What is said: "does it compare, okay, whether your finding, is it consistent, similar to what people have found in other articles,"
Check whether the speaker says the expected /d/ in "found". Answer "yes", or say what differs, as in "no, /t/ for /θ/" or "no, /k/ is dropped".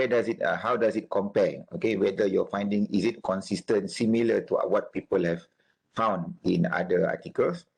yes